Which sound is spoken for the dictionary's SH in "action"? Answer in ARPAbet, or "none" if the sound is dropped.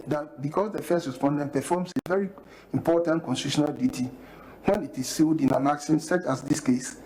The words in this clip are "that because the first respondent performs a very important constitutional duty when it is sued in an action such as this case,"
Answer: S